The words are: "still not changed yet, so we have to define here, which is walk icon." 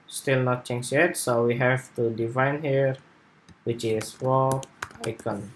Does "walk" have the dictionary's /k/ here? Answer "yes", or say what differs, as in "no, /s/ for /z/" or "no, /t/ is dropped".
no, /k/ is dropped